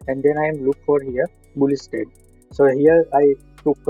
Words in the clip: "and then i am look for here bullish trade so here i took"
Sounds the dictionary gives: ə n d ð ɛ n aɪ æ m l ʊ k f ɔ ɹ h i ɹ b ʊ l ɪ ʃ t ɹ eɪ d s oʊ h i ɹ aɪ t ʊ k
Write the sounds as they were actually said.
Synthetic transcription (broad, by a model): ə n d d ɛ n aɪ m l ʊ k f ɔ ɹ h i ɹ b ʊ l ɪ s t eɪ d s oʊ h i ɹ aɪ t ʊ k